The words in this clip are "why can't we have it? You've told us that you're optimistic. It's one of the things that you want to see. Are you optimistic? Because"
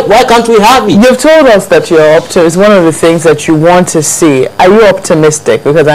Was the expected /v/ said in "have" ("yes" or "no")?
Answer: no